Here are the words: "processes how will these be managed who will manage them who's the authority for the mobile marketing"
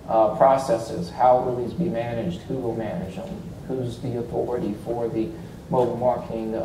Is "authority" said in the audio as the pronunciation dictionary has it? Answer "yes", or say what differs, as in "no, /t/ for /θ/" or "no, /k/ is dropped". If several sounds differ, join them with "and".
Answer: yes